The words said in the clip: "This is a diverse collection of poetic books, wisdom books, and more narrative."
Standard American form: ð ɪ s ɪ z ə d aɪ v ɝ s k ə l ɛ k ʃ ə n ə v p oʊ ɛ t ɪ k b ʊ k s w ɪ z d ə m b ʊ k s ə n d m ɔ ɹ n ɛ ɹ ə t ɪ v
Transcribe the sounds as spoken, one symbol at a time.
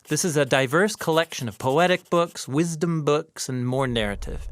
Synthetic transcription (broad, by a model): ð ɪ s ɪ z ə d aɪ v ɝ s k ə l ɛ k ʃ ə n ə v p oʊ ɛ t ɪ k b ʊ k s w ɪ z d ə m b ʊ k s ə n m ɔ ɹ n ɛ ɹ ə t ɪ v